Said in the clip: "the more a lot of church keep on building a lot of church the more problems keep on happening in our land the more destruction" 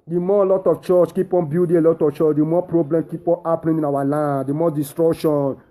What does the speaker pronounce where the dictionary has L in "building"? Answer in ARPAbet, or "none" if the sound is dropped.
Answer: none